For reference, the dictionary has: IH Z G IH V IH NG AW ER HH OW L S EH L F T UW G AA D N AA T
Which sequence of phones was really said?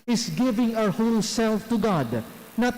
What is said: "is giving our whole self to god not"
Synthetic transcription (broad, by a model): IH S G IH V IH NG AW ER HH OW L S EH L F T UW G AA D N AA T